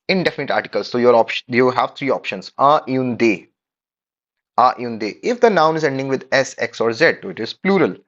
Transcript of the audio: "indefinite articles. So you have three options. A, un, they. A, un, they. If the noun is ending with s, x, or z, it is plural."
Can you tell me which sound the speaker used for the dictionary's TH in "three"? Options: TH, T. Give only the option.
T